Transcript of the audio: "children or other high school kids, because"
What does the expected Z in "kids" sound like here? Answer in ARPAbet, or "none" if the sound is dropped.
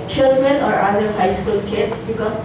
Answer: S